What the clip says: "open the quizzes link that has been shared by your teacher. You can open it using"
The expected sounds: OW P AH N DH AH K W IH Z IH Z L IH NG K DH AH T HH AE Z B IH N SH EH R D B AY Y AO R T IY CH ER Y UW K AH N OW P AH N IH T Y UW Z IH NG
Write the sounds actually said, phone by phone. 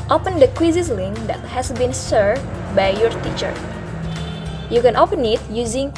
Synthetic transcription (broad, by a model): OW P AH N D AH K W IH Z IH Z L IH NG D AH T HH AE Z B IH N S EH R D B AY Y AO R T IY CH ER Y UW K AH N OW P AH N IH T Y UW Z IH NG